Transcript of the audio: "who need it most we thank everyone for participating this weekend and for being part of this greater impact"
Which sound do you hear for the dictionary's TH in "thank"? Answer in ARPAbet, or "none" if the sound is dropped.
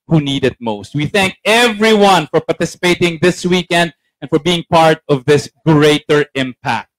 TH